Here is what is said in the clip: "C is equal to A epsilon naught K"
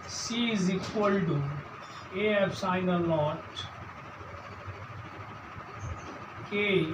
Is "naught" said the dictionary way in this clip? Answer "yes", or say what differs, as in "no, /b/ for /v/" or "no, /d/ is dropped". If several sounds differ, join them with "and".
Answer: no, /l/ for /n/